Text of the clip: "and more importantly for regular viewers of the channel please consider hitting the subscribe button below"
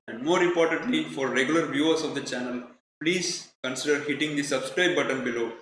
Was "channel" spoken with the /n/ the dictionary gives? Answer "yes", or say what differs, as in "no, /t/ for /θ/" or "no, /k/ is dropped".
yes